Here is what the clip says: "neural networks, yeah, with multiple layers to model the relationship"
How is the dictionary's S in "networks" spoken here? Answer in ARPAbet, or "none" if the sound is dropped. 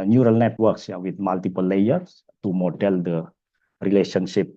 S